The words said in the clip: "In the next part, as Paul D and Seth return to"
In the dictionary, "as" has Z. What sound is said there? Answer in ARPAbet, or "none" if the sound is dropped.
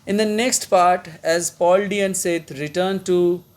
Z